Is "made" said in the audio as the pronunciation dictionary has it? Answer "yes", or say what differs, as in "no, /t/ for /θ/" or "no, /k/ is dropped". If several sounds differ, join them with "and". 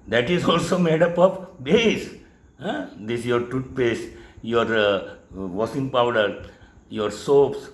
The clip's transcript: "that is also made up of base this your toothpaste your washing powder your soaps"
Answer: yes